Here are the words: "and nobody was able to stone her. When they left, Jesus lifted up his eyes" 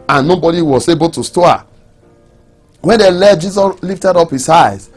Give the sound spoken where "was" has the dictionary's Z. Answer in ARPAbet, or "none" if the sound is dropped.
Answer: S